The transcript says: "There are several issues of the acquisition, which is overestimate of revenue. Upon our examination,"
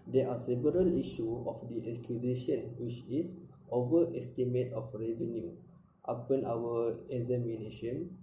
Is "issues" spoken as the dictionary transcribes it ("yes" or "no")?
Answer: no